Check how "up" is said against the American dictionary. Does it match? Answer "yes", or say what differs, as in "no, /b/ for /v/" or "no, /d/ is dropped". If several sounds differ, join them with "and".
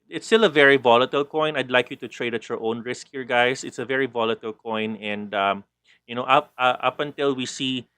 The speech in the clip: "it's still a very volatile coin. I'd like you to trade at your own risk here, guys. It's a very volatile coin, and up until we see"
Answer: yes